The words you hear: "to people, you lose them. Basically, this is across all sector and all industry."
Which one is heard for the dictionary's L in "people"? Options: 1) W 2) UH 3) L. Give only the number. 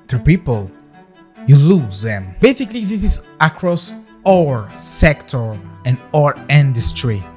3